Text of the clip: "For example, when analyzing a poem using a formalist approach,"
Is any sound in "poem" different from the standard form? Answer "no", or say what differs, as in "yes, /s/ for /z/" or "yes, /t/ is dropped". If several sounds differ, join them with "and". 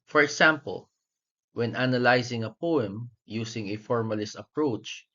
no